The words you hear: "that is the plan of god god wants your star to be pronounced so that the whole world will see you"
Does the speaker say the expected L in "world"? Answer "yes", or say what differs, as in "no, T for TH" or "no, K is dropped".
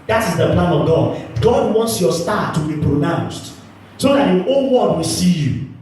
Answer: no, L is dropped